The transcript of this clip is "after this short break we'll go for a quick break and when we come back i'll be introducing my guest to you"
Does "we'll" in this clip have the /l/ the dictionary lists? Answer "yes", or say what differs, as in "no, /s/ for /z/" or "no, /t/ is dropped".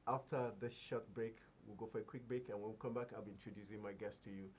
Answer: yes